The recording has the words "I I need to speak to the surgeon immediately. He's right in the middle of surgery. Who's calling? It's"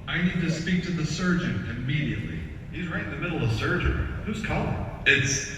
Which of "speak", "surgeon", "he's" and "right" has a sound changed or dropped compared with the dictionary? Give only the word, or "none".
none